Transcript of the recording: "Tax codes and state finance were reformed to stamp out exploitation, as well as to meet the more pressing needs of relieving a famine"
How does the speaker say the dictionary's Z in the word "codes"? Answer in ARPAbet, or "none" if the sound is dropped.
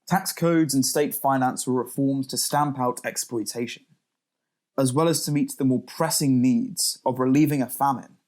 Z